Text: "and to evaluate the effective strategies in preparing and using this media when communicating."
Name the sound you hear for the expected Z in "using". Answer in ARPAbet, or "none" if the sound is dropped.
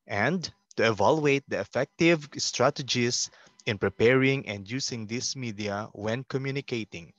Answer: S